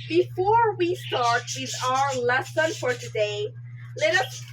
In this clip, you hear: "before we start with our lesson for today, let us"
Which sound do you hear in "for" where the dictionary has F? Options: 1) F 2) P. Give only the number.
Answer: 1